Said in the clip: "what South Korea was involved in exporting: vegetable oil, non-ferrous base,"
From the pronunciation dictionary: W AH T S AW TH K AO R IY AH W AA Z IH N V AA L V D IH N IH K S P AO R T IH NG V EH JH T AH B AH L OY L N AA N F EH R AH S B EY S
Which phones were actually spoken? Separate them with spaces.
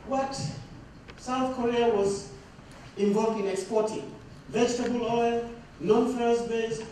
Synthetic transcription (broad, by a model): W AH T S AW TH K AO R IY AH W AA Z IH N V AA L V D IH N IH K S P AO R T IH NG V EH JH T AH B AH L OY L N AA N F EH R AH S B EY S